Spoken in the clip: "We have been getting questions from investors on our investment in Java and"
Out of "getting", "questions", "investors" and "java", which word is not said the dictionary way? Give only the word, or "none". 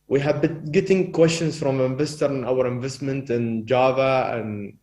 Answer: investors